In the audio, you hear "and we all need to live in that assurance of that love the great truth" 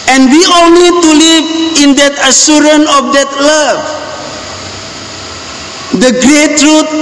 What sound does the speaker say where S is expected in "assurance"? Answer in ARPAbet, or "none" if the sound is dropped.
none